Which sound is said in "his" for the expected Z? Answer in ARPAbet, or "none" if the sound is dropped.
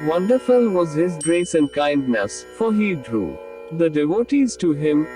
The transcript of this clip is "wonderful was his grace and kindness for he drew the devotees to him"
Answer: Z